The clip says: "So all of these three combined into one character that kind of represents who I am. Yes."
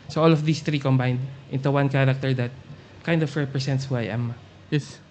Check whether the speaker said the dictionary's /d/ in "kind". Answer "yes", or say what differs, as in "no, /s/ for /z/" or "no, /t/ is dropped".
yes